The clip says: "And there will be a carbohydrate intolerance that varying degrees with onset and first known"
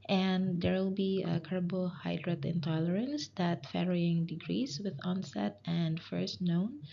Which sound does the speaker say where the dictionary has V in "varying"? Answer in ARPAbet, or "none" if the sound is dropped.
F